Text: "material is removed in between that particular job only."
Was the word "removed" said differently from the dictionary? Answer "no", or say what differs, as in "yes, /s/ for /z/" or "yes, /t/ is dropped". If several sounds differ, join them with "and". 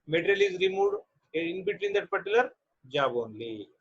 yes, /v/ is dropped